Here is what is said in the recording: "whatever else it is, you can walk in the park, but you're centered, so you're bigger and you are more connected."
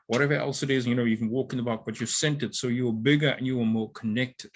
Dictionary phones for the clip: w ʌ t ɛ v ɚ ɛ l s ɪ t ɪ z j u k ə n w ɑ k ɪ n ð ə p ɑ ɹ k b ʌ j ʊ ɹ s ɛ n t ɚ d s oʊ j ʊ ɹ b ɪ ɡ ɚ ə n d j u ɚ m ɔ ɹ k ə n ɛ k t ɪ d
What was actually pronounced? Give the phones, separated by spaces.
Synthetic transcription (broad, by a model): w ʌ t ɛ v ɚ ɛ l s ɪ t ɪ z j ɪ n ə n w ɑ k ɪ n ð ə b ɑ k b ʌ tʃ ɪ s ɛ n t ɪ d s oʊ j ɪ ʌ b ɪ ɡ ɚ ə n j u ɚ m ɔ ɹ k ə n ɛ k t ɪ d